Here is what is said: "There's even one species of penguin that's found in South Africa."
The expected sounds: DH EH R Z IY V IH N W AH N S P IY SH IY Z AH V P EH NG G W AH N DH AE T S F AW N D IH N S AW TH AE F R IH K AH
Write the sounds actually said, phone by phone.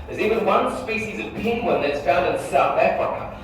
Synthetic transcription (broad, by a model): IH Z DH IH W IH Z W AH N S P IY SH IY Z AH V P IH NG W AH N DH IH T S F AW N D IH N S AW TH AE F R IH K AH